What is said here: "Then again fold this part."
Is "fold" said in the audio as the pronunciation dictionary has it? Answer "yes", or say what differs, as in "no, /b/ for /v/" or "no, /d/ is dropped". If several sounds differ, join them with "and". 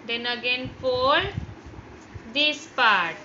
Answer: no, /p/ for /f/